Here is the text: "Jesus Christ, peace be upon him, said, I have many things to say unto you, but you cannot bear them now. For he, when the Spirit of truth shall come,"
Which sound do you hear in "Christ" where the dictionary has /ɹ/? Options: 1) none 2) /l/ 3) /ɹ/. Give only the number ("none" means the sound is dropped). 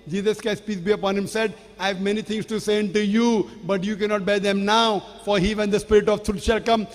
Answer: 1